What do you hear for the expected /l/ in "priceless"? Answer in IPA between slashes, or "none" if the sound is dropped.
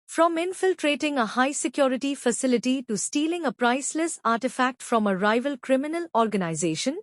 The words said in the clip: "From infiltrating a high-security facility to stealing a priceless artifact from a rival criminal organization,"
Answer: /l/